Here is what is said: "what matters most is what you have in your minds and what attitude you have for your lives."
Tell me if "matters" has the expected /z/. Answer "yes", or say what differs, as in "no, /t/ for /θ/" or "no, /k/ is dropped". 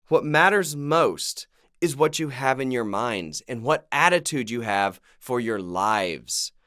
yes